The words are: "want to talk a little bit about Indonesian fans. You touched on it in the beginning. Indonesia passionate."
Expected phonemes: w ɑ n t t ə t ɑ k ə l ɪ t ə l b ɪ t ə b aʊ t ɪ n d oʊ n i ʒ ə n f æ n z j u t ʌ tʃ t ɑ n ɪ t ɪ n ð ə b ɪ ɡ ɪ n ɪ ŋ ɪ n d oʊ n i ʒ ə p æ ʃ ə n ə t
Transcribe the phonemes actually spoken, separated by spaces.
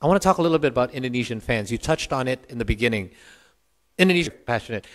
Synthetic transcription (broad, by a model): w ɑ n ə t ɑ k ə l ɪ t l b ɪ t ə b aʊ t ɪ n d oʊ n i ʒ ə n f æ n z j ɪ t ʌ tʃ t n ɪ t ɪ n ð ə b ɪ ɡ ɪ n ɪ ŋ ɪ n d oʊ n i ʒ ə p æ ʃ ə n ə t